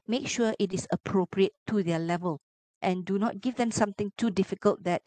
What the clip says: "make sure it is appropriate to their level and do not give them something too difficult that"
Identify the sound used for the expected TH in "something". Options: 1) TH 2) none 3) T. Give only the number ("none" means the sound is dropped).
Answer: 3